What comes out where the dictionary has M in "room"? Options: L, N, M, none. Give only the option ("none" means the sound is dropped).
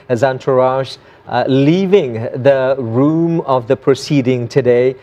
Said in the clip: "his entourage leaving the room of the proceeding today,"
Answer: M